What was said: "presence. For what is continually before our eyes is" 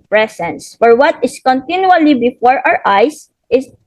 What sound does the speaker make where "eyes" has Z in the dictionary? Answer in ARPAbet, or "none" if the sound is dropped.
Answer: S